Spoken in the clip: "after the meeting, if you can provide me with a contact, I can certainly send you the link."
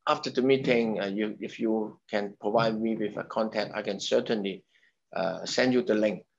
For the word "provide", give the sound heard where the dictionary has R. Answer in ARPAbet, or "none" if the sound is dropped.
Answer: R